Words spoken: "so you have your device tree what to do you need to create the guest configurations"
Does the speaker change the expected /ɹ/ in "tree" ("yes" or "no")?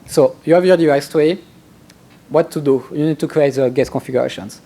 yes